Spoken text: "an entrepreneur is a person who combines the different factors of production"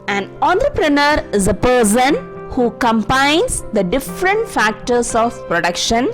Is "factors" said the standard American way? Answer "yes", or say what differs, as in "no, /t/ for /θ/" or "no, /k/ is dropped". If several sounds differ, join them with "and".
no, /s/ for /z/